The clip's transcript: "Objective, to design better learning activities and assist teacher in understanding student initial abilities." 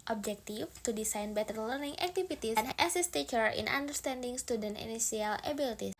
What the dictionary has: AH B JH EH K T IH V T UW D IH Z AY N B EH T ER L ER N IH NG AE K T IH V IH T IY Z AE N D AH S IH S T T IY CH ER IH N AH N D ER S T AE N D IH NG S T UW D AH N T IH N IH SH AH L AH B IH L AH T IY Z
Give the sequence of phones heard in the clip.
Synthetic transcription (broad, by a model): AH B JH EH K T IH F T UW D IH S AY N B EH T ER L ER N IH NG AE K T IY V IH T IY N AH S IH S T T IY CH ER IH N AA N D ER S T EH N D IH NG S T UW D AH N T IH N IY S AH L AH B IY L T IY